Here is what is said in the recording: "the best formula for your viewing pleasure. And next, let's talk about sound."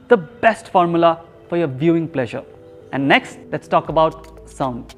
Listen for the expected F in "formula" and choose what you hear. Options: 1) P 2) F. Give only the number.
2